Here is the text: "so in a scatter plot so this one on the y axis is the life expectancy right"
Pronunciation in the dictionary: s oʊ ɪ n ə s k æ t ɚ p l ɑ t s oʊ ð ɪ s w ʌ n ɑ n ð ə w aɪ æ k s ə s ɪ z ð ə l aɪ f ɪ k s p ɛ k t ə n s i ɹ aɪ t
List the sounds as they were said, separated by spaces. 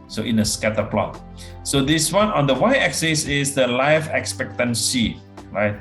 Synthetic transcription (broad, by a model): s oʊ ɪ n ə s k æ t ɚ p l ɑ t s oʊ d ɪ s w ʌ n ɑ n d ə w aɪ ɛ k s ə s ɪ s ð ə l aɪ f ɪ k s p ɛ k t ə n s i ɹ aɪ t